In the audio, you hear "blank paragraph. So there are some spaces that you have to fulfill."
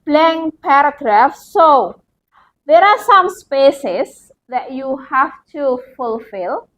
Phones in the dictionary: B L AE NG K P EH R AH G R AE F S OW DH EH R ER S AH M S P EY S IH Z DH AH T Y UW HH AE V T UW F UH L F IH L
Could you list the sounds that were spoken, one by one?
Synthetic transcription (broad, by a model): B L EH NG P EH R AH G R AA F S OW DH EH R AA S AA M S P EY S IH S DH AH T Y UW HH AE F T UW F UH L F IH L